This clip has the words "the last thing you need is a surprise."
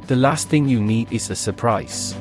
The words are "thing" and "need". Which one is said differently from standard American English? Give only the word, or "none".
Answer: none